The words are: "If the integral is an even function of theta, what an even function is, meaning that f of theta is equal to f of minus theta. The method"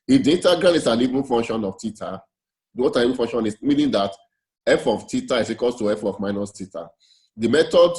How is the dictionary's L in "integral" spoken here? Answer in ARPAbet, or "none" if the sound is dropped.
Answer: N